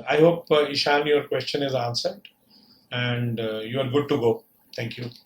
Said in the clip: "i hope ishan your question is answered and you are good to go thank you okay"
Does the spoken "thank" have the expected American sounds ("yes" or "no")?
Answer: no